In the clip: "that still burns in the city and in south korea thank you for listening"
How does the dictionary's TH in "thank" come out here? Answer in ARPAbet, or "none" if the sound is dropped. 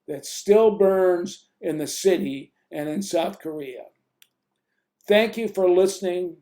TH